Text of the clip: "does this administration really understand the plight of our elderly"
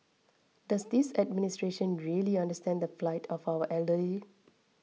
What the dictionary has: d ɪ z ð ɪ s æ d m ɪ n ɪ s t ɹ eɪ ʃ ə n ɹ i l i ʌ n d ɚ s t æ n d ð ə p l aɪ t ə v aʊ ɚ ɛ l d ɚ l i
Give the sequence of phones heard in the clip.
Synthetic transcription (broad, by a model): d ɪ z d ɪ s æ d m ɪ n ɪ s t ɹ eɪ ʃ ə n ɹ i l i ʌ n d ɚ s t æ n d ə f l aɪ t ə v aʊ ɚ ɛ l d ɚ l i